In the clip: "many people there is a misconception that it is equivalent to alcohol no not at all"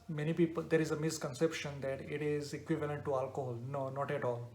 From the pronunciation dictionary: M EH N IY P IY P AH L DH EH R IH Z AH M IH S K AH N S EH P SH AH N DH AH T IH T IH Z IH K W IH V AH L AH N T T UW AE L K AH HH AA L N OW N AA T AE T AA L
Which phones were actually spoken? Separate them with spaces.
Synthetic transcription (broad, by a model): M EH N IY P IY P AH L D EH R IH Z AH M IH S K AH N S EH P SH AH N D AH T IH T IH Z IH K W IH V AH L AH N T T UW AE L K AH HH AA L N OW N AA T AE T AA L